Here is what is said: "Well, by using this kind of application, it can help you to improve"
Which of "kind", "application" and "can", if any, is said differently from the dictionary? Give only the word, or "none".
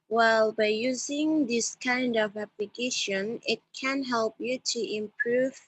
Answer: none